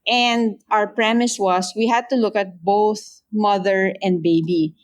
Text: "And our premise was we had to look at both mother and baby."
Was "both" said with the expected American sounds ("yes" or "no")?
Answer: yes